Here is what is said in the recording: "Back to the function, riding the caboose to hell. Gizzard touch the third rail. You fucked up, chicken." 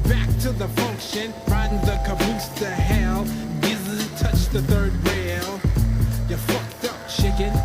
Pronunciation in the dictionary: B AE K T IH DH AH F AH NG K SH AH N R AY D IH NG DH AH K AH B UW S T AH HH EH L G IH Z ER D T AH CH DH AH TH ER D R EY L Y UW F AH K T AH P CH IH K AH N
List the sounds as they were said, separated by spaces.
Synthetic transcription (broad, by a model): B AE K T IH DH AH F AH NG K SH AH N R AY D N DH AH K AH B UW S T AH HH EH L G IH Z T AH CH DH AH TH ER D R EY L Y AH F AH K T AH P CH IH K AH N